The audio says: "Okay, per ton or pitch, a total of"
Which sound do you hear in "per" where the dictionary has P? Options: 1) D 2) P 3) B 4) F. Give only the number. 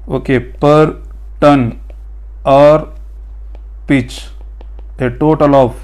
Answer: 2